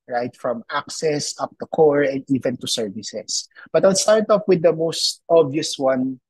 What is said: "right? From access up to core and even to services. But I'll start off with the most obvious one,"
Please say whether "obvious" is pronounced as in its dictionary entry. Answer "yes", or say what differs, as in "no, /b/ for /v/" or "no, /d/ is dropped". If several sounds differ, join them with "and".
no, /v/ is dropped